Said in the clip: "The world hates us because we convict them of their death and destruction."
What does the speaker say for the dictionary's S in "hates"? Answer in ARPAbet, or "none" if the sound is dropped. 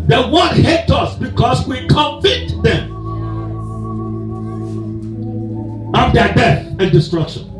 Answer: none